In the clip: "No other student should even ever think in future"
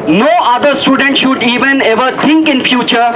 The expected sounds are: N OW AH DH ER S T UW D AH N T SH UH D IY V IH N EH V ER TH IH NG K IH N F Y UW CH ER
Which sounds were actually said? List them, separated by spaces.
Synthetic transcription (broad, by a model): N OW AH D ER S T UW D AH N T SH UH D IY V IH N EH V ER T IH NG K IH N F Y UW CH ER